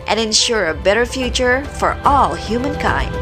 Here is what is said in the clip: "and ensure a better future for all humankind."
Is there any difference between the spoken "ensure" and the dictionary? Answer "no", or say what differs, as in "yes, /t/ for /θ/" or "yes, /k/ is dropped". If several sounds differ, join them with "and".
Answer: no